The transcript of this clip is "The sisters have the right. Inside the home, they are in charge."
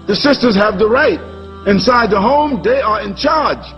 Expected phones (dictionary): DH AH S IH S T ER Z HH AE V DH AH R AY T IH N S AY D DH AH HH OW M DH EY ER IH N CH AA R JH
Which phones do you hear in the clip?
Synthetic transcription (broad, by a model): DH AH S IH S T ER Z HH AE V DH AH R AY T IH N S AY D DH AH HH OW M DH EY ER IH N CH AA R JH